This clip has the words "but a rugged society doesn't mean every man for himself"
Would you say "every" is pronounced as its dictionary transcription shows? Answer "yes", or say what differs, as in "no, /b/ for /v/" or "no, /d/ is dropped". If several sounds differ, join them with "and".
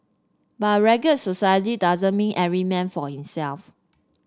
no, /v/ is dropped